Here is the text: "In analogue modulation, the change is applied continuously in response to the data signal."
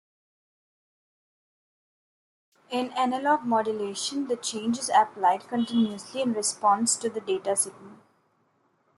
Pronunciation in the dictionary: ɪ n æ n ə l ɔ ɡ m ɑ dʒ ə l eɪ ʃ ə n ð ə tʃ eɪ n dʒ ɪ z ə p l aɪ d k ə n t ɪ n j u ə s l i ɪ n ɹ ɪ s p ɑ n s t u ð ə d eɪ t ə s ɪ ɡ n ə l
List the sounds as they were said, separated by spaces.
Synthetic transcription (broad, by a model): ɪ n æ n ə l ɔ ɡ m ɑ dʒ ə l eɪ ʃ ə n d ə tʃ eɪ n dʒ ɪ z ə p l aɪ d k ə n t ɪ n j u ə s l i ɪ n ɹ ɪ s p ɑ n s t u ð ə d eɪ t ə s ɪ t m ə n